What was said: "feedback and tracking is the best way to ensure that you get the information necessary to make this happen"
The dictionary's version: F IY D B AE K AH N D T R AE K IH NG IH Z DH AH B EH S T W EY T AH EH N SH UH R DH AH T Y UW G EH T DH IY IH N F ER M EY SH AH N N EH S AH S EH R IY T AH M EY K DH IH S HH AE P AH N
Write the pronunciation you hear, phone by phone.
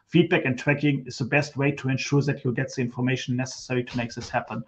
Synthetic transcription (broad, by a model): F IY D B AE K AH N T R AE K IH NG IH Z DH AH B EH S T W EY T AH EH N SH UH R DH AH T Y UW G EH T DH IY IH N F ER M EY AH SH N EH S AH S EH R IY T AH M EY K DH IH S HH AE P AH N